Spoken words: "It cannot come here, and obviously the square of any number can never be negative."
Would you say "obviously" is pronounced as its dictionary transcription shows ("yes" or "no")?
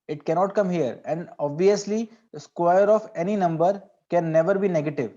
yes